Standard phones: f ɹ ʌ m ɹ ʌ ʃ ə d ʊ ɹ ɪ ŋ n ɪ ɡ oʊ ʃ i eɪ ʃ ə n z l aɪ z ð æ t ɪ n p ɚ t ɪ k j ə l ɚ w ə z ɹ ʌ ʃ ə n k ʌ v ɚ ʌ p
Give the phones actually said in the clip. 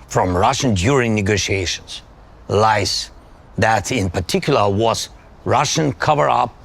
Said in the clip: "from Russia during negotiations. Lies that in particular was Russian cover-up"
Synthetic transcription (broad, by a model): f ɹ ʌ m ɹ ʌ ʃ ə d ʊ ɹ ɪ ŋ n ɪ ɡ oʊ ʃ i eɪ ʃ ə n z l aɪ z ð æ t ɪ n p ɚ t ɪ k j l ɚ w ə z ɹ ʌ ʃ ə n k ʌ v ɚ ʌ p